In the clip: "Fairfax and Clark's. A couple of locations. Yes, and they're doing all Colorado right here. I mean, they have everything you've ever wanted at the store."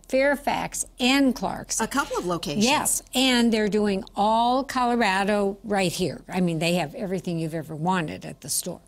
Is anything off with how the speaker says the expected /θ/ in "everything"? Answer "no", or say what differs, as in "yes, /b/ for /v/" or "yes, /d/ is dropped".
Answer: no